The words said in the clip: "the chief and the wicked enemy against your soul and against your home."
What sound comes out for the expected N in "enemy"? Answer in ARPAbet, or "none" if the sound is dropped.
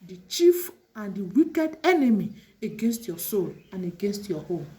N